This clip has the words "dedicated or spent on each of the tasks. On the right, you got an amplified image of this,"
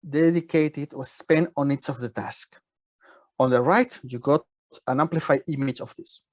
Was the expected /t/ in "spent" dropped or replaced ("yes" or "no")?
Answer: yes